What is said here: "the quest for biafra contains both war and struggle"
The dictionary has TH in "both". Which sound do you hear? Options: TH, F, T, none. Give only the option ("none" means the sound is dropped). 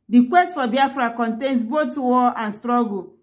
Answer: T